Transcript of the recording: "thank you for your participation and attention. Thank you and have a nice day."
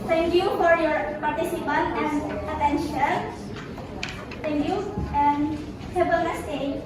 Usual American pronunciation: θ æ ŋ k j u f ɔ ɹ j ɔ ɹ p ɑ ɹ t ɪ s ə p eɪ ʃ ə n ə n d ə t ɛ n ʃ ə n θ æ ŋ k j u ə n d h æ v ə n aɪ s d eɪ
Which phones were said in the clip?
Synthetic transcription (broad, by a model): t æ ŋ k j u f ɔ ɹ j ɔ ɹ p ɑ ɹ t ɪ s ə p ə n ə n d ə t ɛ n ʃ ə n t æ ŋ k j u ə n d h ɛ b ə l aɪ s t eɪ